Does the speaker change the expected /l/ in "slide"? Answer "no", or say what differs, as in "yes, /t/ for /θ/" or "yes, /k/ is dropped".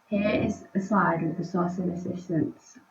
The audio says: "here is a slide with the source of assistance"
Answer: yes, /l/ is dropped